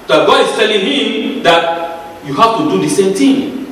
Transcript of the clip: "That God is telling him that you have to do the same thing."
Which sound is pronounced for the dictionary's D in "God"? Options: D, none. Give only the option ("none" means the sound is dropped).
none